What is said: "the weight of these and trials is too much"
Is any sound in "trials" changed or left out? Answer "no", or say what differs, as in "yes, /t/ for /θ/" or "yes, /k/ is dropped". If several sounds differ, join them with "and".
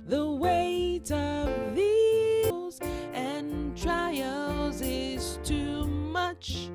no